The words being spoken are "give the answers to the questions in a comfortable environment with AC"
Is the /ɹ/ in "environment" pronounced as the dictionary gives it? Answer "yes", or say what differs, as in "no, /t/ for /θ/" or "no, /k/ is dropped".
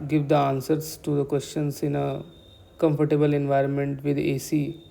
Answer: yes